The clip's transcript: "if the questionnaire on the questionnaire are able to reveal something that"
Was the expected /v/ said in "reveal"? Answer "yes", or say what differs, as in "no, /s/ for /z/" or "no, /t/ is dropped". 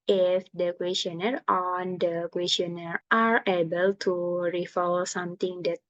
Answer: no, /f/ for /v/